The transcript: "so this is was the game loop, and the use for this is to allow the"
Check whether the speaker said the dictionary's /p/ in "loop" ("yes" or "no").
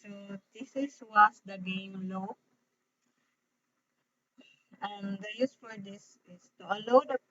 no